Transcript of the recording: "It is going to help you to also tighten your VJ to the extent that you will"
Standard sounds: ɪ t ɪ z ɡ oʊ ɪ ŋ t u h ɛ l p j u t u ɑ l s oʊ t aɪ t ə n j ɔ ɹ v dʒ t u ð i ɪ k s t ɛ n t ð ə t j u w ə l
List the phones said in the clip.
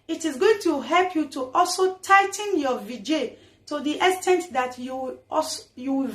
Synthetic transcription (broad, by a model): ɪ t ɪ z ɡ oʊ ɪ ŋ t u h ɛ l p j u t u ɑ l s oʊ t aɪ t ə n j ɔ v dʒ t u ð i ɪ s t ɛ n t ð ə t j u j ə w